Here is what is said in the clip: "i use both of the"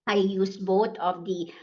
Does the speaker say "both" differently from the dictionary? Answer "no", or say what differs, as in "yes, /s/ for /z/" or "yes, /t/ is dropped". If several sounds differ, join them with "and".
yes, /t/ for /θ/